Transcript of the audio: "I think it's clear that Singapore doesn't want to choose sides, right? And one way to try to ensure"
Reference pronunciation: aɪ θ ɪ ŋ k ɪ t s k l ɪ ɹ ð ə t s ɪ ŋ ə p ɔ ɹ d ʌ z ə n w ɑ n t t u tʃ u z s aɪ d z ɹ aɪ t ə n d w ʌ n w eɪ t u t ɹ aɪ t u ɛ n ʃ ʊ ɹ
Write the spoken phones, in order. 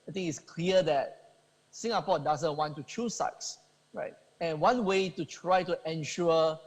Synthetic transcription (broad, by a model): aɪ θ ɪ ŋ ɪ t s k l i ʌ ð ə t s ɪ ŋ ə p ɔ d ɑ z ə n w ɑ n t t u tʃ u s aɪ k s ɹ aɪ t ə n w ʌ n w eɪ t u t ɹ aɪ t u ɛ n ʃ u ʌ